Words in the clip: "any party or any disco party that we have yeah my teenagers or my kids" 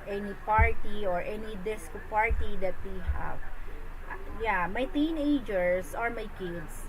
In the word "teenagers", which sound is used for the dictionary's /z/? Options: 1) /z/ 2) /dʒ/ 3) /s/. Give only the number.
3